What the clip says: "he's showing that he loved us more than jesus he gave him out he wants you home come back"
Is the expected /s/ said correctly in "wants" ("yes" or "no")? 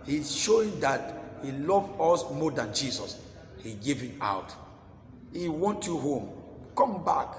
no